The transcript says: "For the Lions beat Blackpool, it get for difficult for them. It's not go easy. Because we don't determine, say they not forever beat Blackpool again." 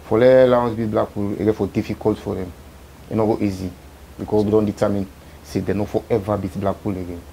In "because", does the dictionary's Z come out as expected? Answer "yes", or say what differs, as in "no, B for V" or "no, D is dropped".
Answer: no, S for Z